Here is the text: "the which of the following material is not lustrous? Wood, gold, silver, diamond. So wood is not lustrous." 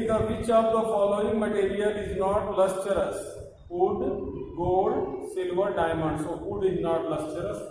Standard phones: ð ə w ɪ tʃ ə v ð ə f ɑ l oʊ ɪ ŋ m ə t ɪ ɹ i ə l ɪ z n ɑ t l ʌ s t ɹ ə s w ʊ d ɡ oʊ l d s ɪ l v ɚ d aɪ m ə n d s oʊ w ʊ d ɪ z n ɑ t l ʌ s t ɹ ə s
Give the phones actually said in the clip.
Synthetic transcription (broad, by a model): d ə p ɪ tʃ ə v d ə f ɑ l oʊ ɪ ŋ m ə t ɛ ɹ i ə l ɪ z n ɑ t l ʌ s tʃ ɹ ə s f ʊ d ɡ oʊ d s ɪ l v ɚ d aɪ m ə n d s oʊ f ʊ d ɪ z n ɑ t l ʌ s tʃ ɹ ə s